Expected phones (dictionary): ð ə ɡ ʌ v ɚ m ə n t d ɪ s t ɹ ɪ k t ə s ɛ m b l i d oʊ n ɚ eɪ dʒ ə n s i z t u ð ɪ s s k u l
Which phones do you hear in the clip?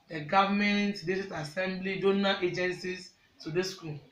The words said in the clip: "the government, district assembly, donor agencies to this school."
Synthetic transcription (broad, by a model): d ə ɡ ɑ v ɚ m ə n t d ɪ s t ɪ t ə s ɛ m b l i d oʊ n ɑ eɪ dʒ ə n s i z t u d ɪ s s k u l